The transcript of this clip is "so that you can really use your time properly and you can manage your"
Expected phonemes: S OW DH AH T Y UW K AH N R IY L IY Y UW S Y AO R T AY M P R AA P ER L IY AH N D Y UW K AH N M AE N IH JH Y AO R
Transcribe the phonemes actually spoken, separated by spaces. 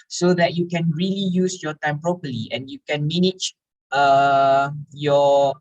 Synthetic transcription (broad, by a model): S OW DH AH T Y UW K AH N R IY L IY Y UW S Y AO T AY M P R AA P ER L IY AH N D Y UW K AH N M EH N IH CH Y AO